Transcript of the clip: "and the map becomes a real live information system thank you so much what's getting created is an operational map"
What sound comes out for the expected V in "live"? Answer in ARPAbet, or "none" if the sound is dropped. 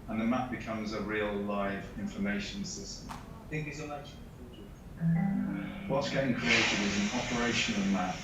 V